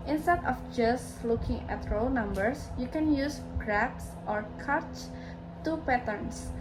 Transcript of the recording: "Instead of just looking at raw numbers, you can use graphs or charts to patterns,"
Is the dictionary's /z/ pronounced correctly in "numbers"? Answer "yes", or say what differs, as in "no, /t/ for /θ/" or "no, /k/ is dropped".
no, /s/ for /z/